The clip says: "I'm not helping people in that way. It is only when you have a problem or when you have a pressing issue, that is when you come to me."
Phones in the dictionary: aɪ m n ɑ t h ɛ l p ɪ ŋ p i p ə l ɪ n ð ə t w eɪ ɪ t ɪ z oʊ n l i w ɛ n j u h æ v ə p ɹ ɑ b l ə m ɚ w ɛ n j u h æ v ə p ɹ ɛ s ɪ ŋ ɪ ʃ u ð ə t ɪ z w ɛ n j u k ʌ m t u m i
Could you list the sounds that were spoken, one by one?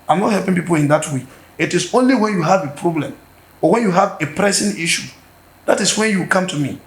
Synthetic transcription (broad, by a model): aɪ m n ɑ t h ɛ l p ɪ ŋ p i p ə l ɪ n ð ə t w eɪ ɪ t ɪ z oʊ n l i w ɛ n j u h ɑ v ə p ɹ ɑ b l ə m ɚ w ɛ n j u h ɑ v ə p ɹ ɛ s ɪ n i ʃ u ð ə t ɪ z w ɛ n j u k ʌ m t u m i